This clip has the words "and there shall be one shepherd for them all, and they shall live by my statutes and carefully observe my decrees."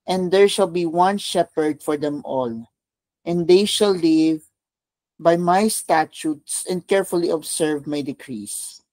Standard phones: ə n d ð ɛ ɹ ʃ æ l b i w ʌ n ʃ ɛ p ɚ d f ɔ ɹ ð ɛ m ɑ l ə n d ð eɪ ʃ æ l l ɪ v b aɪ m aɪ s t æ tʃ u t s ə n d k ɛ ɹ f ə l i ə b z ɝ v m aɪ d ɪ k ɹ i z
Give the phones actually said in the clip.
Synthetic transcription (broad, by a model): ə n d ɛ ɹ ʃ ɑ l b i w ʌ n ʃ ɛ p ɚ d f ɔ ɹ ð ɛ m ɑ l ə n d eɪ ʃ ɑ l l ɪ v b aɪ m aɪ s t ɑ tʃ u t s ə n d k ɛ ɹ f ə l i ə b s ɝ v m aɪ d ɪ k ɹ i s